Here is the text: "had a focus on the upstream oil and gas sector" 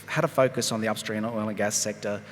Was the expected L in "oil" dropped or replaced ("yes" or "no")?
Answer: yes